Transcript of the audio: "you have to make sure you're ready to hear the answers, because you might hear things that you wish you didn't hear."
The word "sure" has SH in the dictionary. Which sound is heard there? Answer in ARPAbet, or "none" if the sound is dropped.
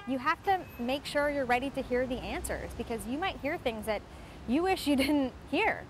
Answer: SH